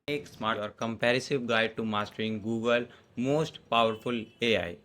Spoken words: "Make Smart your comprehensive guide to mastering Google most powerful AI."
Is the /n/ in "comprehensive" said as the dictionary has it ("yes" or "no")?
no